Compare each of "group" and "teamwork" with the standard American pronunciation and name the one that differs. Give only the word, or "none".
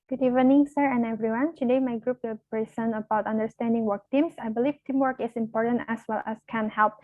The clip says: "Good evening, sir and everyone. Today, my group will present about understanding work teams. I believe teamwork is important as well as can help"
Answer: none